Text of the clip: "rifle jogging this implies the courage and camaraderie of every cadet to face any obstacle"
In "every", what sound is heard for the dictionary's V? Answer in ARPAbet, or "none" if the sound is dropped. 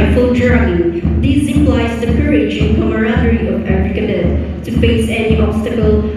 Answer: F